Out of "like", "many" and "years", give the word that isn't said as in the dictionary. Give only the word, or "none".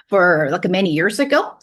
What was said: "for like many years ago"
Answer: none